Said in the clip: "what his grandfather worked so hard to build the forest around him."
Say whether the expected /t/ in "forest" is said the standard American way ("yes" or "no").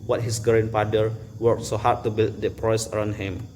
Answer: no